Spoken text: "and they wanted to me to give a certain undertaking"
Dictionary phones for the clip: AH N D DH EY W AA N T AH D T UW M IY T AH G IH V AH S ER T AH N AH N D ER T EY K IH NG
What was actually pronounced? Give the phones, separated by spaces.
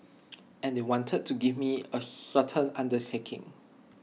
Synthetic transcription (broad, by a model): AH N D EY W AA N T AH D T UW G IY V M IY AH S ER T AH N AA N D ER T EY K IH NG